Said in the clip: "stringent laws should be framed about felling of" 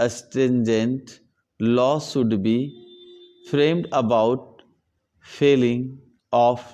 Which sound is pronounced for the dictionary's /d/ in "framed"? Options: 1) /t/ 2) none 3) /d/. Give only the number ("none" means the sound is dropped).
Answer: 3